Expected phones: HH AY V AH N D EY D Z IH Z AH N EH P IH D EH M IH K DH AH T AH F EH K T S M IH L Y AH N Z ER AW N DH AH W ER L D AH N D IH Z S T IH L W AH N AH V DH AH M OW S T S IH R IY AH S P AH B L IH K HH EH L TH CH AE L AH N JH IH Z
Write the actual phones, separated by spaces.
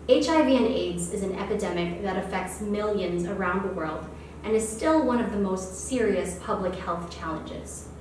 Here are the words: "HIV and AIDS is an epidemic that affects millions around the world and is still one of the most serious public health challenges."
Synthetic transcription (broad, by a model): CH AY V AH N EY D Z IH Z N EH P IH D EH M IH K DH AH T AH F EH K T S M IH L Y AH N Z ER AW N DH AH W ER L D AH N IH Z S T IH L W AH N AH V DH AH M OW S T S IH R IY AH S P AH B L IH K HH EH L TH CH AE L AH N JH IH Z